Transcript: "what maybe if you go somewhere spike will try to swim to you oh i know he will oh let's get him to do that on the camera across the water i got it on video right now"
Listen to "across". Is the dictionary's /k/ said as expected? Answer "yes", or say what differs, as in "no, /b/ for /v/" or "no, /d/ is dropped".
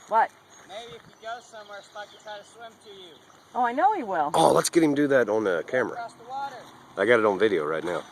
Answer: no, /k/ is dropped